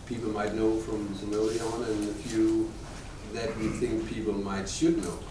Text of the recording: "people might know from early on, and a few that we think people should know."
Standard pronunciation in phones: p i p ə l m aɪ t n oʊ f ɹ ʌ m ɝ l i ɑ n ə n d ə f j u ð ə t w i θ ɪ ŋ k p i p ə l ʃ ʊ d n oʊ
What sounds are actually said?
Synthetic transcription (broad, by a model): p i p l m aɪ t n oʊ f ɹ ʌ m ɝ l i ɑ n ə n ə f j u ð ə t w i θ ɪ ŋ k p i p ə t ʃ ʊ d n oʊ